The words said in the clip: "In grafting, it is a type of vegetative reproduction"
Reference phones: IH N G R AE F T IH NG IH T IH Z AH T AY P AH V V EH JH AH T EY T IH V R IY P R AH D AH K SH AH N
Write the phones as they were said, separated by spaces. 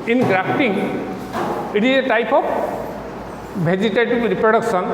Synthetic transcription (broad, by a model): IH N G R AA P T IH NG IH T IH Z AH T AY P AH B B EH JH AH T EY T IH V R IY P R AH D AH K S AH N